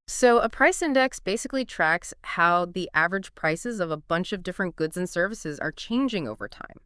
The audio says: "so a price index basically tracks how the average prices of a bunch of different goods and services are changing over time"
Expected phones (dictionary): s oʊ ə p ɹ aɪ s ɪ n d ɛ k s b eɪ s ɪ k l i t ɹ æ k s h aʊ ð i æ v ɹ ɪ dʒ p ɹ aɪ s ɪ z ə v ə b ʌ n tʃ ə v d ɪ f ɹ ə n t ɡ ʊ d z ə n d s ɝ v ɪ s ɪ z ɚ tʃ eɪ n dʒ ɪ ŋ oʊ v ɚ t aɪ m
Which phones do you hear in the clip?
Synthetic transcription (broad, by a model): s oʊ ə p ɹ aɪ s ɪ n d ɛ k s b eɪ s ɪ k l i t ɹ æ k s h aʊ ð i æ v ɹ ɪ dʒ p ɹ aɪ s ɪ z ə v ə b ʌ n tʃ ə v d ɪ f ɹ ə n ɡ ʊ d z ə n s ɝ v ɪ s ɪ z ɚ tʃ eɪ n dʒ ɪ ŋ oʊ v ɚ t aɪ m